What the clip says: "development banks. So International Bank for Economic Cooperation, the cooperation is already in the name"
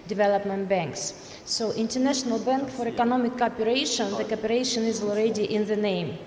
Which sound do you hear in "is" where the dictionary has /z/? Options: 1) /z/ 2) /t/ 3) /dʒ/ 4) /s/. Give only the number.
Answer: 1